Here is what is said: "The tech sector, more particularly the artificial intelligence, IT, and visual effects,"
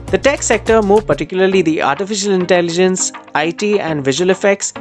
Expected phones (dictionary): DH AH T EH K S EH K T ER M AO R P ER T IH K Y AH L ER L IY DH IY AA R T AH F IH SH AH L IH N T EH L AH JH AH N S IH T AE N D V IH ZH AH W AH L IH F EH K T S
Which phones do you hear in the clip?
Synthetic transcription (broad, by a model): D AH T EH K S EH K T ER M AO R P ER T IH K Y AH L ER L IY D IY AA R T AH F IH SH AH L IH N T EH L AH JH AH N S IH T AE N D V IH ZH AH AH L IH F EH K T S